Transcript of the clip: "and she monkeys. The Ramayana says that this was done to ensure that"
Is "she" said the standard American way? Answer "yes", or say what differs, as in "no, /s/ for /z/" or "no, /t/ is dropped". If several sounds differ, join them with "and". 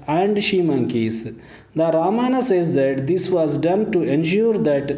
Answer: yes